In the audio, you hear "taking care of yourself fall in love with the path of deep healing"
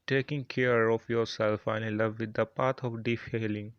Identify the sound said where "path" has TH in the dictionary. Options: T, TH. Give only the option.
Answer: T